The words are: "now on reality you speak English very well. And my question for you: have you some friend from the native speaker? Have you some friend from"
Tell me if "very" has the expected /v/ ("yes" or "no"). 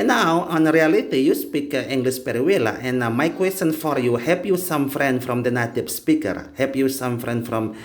no